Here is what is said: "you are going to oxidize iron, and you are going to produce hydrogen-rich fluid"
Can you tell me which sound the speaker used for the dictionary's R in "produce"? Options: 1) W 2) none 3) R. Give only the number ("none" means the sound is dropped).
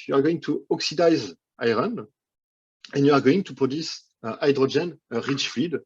2